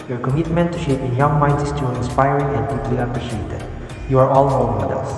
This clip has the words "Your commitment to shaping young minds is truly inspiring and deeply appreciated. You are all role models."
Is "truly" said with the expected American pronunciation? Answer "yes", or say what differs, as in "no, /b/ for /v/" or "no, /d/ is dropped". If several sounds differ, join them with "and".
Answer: no, /ɹ/ is dropped